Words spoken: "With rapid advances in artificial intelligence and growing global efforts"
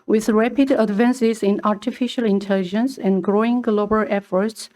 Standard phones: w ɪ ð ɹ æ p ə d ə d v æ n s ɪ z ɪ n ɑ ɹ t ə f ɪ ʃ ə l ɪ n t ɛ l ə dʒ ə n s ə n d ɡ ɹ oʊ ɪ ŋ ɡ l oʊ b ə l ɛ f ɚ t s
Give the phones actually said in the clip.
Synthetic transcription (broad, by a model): w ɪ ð ɹ æ p ə d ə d v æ n s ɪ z ɪ n ɑ ɹ t ə f ɪ ʃ ə l ɪ n t ɛ l ə dʒ ə n s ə n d ɡ ɹ oʊ ɪ ŋ ɡ l oʊ b ə l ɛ f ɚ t s